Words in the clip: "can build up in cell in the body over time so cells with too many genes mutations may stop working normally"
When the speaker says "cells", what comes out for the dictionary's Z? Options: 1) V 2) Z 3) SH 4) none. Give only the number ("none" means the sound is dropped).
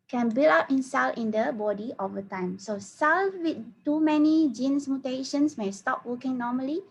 4